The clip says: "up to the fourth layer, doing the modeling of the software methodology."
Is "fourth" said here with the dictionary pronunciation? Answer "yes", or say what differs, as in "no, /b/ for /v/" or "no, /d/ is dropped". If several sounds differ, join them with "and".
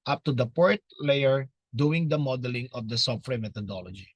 no, /p/ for /f/ and /t/ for /θ/